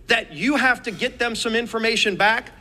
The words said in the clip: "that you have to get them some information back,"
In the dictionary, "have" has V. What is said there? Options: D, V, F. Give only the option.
F